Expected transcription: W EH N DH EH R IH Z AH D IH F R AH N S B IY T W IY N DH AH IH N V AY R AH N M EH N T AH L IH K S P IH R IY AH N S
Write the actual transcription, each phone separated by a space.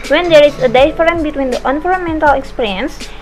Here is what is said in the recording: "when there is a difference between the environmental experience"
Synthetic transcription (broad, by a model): W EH N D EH R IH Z AH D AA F R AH N B IY T W IY N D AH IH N F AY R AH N M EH N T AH L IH K S P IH R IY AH N S